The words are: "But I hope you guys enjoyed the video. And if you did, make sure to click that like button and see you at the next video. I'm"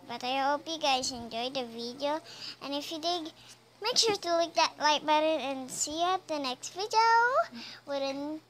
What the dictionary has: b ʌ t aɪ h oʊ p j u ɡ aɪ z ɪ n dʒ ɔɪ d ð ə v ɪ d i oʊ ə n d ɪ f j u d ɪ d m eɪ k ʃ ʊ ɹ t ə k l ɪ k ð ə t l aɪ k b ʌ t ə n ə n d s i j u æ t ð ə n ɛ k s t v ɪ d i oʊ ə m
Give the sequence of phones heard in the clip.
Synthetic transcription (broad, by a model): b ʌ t aɪ h oʊ p j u ɡ aɪ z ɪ n dʒ ɔɪ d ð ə v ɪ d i oʊ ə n ɪ f j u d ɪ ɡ m eɪ k ʃ ʊ ɹ t ə l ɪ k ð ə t l aɪ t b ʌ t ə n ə n s i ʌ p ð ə n ɛ k s t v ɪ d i oʊ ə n